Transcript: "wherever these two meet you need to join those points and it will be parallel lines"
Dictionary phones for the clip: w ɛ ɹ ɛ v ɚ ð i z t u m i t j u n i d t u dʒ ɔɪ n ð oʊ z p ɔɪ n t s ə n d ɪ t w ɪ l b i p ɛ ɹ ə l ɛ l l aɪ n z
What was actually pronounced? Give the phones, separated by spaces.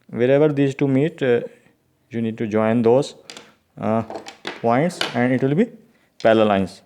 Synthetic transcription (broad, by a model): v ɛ ɹ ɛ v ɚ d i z t u m i t j u n i d t u dʒ ɔɪ n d oʊ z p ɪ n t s ə n d ɪ t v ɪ l b i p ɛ l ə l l l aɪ n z